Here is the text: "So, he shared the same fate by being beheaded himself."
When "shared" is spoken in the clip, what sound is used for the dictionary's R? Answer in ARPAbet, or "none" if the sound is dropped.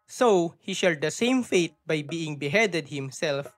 L